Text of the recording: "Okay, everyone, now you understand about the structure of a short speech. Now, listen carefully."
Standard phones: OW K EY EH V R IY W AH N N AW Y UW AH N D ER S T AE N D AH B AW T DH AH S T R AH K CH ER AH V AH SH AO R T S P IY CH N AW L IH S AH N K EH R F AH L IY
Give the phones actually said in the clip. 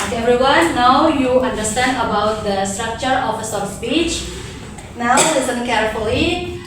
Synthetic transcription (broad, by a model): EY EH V R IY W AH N N AW Y UW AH N D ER S T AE N D AH B AW T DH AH S T R AH K CH ER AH F AH S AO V S P IY CH N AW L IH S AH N K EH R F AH L IY